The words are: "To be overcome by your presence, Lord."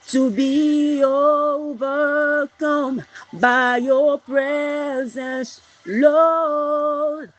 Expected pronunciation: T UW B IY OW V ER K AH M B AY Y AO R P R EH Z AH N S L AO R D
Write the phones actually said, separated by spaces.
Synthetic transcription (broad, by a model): T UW B IY OW V ER K AH M B AY Y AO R P R EH Z AH N S L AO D